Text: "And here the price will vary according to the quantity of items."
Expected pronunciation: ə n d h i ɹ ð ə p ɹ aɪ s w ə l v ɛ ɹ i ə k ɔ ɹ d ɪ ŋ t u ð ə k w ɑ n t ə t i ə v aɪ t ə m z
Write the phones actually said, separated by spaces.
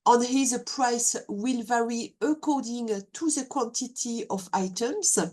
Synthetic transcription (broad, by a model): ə n h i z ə p ɹ aɪ s w ə l v ɛ ɹ i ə k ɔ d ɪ ŋ t u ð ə k w ɑ n t ə t i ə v aɪ t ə m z